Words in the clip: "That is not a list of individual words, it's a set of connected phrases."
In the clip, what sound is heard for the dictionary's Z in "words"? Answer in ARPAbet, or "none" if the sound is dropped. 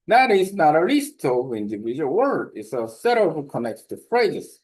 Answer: none